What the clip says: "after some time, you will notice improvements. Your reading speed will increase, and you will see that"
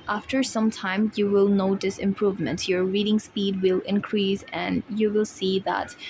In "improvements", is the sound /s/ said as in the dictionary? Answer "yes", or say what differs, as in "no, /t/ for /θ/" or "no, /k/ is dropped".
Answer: no, /s/ is dropped